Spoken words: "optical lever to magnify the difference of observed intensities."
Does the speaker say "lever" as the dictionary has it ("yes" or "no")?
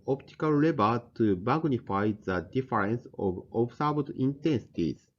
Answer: no